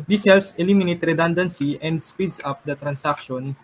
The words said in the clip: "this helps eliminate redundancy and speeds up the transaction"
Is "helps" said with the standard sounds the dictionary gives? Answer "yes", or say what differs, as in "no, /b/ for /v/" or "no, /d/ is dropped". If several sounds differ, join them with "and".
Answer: no, /p/ is dropped